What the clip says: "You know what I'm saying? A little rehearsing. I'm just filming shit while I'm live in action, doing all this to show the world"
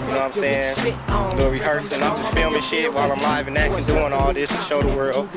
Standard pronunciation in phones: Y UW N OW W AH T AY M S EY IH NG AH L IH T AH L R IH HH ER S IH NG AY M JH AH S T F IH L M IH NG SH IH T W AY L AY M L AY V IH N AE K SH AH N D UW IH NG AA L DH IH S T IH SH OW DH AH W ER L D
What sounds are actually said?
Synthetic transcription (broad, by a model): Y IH N OW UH AY M S EY IH NG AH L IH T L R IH HH ER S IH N AY M JH AH S T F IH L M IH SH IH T W AY L AY M L AY V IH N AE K AH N D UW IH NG AA L DH IH S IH SH OW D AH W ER L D